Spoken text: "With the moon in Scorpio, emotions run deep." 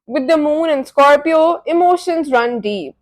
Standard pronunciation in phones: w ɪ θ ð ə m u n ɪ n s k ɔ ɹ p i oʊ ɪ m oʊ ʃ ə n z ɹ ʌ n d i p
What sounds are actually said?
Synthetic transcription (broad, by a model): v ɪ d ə m u n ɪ n s k ɔ ɹ p i oʊ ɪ m oʊ ʃ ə n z ɹ ʌ n d i p